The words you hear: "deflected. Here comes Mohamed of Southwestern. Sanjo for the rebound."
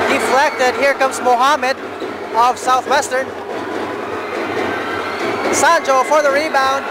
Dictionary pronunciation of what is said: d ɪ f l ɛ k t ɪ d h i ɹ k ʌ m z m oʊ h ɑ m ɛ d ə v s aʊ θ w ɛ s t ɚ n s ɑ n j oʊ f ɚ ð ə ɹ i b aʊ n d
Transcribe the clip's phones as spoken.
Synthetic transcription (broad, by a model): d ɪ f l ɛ k t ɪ d h i ɹ k ʌ m z m oʊ h ɑ m ɛ d ə v s aʊ θ w ɛ s t ɚ n s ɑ n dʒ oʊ f ɚ ð ə ɹ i b aʊ n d